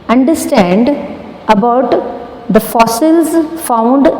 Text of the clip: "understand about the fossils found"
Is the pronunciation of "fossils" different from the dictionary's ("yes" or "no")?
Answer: no